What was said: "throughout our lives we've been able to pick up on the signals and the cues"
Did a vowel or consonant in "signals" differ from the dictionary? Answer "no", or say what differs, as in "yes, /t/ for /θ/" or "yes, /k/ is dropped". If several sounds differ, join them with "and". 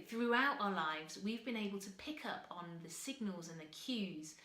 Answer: no